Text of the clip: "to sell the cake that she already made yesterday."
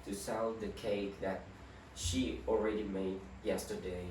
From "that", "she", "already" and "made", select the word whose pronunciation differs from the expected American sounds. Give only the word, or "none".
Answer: none